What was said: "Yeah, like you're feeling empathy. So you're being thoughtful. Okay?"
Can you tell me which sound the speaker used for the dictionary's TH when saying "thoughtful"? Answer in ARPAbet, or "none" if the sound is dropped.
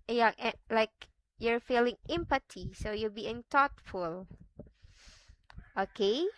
T